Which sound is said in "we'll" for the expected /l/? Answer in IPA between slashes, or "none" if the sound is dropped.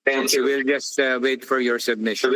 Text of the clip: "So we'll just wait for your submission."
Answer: /l/